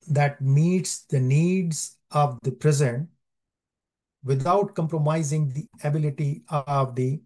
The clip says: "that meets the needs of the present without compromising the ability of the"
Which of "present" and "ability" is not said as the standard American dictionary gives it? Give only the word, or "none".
none